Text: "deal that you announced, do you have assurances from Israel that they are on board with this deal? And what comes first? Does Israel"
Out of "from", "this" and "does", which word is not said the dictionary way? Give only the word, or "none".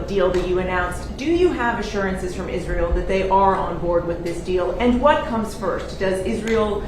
none